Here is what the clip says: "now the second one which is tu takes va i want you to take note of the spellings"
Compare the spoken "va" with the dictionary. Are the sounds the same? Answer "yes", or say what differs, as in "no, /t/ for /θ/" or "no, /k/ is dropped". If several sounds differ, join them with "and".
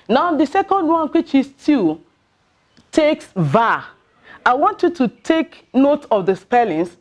yes